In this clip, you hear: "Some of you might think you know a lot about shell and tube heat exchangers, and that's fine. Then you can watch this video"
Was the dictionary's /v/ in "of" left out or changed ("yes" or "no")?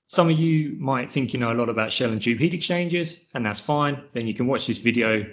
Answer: no